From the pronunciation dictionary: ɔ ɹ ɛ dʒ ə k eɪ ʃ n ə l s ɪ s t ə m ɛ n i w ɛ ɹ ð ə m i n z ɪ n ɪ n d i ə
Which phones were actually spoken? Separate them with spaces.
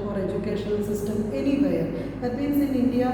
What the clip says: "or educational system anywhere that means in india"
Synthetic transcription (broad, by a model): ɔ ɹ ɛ dʒ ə k eɪ ʃ ə n s ɪ s t ə m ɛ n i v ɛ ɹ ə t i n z ɪ n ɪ n d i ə